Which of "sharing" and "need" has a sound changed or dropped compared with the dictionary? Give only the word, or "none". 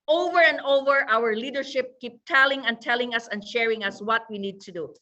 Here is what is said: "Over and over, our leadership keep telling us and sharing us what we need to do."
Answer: none